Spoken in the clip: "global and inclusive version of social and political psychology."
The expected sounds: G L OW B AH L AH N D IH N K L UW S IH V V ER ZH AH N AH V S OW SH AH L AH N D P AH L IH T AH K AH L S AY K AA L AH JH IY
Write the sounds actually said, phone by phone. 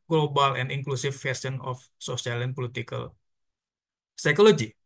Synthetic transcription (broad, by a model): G L OW B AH L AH N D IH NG K L UW S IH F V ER S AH N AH F S OW S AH L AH N P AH L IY T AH K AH L S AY K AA L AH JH IY